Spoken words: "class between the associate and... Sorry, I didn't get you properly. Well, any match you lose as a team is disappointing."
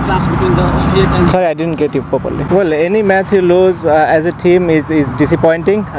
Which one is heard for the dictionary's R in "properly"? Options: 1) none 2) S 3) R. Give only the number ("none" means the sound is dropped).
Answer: 1